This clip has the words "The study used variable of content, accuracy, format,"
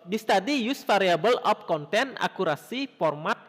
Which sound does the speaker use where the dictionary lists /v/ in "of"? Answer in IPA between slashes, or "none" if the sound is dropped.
/p/